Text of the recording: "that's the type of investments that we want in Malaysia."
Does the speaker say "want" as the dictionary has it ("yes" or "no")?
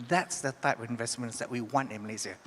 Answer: yes